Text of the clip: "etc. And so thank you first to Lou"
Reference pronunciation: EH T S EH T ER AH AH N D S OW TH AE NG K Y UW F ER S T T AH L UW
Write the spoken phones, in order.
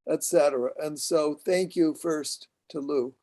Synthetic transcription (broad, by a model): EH T S EH T ER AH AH N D S OW TH AE NG K Y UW F ER S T T AH L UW